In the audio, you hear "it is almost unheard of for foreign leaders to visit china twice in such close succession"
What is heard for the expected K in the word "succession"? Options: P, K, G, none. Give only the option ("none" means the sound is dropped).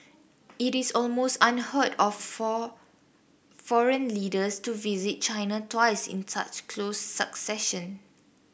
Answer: K